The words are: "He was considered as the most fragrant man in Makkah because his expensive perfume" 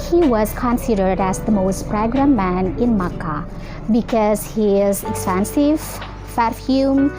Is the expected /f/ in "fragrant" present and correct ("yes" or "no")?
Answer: no